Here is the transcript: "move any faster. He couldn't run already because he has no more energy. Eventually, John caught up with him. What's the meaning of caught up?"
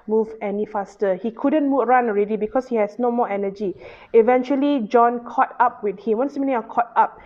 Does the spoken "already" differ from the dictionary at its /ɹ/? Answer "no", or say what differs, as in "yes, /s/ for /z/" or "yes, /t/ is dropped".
no